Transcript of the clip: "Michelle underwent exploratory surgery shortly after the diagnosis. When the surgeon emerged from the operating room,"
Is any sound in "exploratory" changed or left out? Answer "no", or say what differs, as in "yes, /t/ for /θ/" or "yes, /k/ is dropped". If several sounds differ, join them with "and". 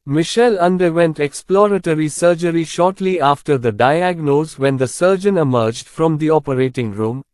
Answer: no